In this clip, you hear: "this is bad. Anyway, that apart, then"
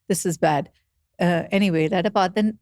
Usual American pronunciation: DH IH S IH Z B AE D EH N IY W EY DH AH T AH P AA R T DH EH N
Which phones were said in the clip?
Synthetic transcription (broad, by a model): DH IH S IH Z B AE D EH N IY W EY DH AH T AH B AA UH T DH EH N